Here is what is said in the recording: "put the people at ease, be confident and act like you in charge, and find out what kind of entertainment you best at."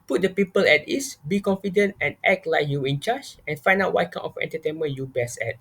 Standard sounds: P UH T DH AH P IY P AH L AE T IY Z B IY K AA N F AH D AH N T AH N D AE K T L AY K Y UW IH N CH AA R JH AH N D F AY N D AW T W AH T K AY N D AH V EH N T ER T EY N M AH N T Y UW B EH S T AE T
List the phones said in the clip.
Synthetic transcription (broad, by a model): P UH T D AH P IY P AH L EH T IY S B IY K AA N F AH D AH N T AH N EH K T L AY K Y UW IH N CH AA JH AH N F AY N D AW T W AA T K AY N AH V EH N T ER T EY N M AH N Y UW B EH S EH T